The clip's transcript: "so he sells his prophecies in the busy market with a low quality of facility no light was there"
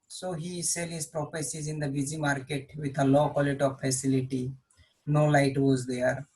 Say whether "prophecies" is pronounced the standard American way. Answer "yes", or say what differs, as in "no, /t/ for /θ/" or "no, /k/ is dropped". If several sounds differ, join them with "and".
no, /p/ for /f/